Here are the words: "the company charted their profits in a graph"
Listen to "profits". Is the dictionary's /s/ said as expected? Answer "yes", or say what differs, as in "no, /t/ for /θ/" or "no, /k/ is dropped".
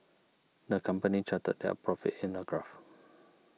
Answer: no, /s/ is dropped